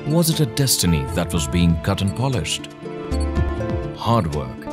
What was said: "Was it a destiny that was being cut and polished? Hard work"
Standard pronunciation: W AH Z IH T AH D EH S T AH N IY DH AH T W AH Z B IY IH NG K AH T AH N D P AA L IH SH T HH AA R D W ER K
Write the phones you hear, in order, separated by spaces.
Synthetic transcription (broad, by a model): W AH Z IH T AH D EH S T AH N IY DH AH T W AH Z B IY IH NG K AH T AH N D P AA L IH SH T HH AA R D W ER K